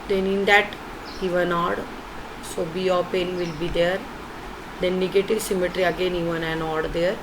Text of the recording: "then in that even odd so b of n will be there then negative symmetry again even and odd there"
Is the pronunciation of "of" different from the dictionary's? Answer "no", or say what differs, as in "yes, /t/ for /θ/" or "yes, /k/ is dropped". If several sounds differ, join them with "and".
yes, /p/ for /v/